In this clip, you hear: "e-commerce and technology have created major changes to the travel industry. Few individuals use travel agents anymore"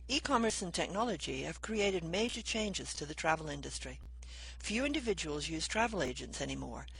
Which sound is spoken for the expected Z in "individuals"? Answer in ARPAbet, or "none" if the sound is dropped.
Z